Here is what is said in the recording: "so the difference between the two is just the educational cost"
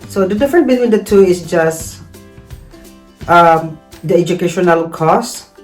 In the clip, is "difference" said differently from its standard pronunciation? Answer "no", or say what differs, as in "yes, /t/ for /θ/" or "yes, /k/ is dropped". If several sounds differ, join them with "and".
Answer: yes, /s/ is dropped